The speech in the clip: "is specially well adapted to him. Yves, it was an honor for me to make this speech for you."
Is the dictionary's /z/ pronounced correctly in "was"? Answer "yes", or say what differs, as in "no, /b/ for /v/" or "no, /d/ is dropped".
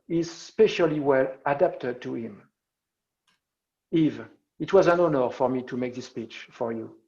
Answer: yes